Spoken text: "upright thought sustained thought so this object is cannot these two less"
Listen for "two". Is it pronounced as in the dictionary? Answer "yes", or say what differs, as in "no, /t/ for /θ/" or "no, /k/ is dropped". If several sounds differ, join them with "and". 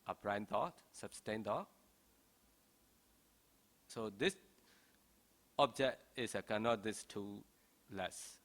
yes